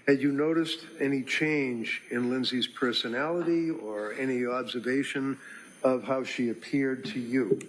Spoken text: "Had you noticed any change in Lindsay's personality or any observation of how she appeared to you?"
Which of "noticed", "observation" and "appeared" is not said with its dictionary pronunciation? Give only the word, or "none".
none